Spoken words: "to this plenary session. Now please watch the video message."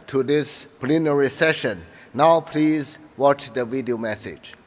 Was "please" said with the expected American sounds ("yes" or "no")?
yes